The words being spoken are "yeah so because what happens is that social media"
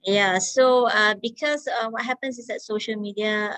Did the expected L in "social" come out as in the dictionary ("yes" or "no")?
yes